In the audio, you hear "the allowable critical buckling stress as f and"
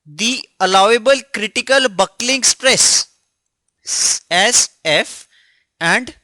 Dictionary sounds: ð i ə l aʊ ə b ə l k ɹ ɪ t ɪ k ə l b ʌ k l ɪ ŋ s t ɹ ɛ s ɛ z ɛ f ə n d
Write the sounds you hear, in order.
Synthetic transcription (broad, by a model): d i ə l aʊ ə b ə l k ɹ ɪ t ɪ k ə l b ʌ k l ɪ ŋ s t ɹ ɛ s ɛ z ɛ f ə n d